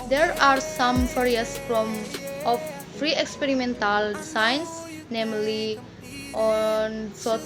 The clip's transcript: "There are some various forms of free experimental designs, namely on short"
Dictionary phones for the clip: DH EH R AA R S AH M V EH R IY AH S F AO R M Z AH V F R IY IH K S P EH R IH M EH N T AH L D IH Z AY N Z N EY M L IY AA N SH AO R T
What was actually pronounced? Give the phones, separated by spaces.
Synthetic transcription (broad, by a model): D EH R AA R S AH M P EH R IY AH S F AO M AH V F R IY IH K S P EH R IH M EH N T AH L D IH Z AY N S N EY M L IY AA N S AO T